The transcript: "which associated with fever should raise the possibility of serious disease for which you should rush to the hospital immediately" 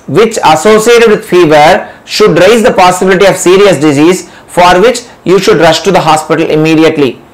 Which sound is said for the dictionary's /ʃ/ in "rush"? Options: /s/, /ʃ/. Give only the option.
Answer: /ʃ/